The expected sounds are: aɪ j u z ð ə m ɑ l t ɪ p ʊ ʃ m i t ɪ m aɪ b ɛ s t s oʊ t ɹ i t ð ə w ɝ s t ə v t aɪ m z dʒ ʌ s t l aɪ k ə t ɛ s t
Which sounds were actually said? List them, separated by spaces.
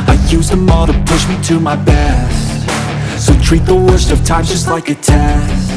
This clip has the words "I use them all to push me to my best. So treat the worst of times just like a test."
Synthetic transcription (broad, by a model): aɪ j u z ð ə m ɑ t ɪ p ʊ ʃ m i t ɪ m aɪ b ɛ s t s oʊ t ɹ i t ð ə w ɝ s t ə v t aɪ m dʒ ʌ s t l aɪ k ə t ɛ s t